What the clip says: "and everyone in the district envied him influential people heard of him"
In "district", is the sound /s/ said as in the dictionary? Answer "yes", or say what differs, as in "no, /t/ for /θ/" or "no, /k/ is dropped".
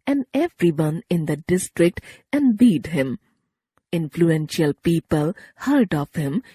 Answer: yes